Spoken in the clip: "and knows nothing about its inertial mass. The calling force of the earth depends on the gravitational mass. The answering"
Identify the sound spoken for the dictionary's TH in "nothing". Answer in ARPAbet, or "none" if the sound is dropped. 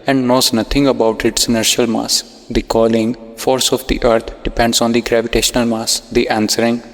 T